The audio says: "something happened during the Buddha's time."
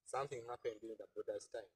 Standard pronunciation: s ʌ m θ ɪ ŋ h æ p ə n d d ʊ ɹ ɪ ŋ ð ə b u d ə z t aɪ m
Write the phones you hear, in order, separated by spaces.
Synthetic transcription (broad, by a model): s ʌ m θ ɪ ŋ h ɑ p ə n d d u ɪ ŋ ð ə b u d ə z t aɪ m